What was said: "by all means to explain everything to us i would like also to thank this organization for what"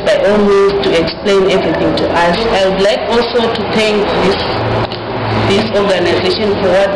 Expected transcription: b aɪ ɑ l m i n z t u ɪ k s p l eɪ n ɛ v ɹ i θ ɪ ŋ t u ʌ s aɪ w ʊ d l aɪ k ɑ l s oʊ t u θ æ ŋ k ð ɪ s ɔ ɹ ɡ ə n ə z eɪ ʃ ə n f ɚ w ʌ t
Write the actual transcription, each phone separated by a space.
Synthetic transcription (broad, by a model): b aɪ ɑ l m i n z t u ɪ k s p l eɪ n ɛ v ɹ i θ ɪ ŋ t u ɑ s aɪ w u d l aɪ k ɑ l s oʊ t u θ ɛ ŋ k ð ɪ s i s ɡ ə n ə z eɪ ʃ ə n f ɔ w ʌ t